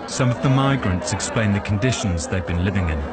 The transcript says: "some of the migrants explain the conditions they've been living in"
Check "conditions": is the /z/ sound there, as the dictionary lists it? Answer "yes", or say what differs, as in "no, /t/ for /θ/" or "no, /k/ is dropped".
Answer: yes